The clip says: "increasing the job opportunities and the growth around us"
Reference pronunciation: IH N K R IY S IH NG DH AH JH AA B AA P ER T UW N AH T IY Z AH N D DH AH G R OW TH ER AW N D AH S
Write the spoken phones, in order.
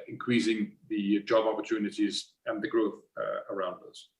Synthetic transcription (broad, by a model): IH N K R IY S IH NG DH AH JH AA B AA P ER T UW N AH T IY Z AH N DH AH G R OW TH ER AW N D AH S